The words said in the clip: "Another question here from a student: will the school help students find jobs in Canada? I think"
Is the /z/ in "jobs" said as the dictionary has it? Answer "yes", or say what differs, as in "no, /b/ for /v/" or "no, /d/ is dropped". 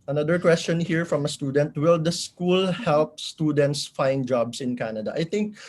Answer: no, /s/ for /z/